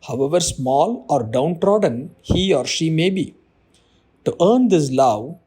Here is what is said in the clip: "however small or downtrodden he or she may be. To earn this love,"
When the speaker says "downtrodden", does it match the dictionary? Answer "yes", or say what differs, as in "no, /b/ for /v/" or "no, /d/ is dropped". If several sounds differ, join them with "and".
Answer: yes